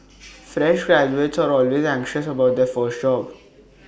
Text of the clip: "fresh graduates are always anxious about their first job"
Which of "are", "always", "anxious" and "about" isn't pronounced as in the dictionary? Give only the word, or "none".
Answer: none